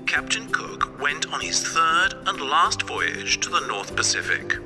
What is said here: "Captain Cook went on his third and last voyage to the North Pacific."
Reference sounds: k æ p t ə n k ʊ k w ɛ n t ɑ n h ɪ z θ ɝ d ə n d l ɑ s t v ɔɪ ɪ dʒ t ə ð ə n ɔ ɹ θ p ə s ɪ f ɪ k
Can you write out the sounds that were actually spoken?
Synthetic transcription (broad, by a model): k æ p t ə n k ʊ k w ɛ n t n ɪ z θ ɝ d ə n l ɑ s t v ɔɪ ɪ dʒ t ə ð ə n ɔ ɹ θ p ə s ɪ f ɪ k